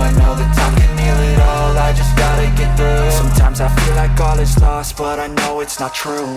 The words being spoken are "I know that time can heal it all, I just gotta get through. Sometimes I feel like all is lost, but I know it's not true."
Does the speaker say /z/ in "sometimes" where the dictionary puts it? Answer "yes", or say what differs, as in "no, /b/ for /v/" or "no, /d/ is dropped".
yes